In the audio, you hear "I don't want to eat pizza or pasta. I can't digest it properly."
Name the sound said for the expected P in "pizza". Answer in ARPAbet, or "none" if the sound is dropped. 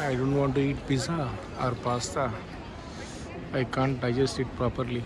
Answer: B